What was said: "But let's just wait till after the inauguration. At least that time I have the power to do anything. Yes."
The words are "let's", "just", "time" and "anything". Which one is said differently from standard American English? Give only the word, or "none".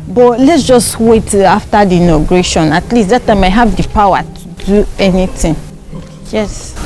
anything